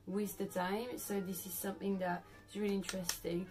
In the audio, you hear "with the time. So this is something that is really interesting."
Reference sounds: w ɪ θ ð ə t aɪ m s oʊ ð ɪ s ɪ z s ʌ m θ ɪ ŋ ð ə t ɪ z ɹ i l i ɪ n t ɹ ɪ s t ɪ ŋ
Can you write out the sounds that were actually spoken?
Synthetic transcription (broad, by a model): w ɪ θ ð ə t aɪ m s oʊ ð ɪ s ɪ z s ʌ m θ ɪ ŋ ð ə t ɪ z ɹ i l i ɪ n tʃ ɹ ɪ s t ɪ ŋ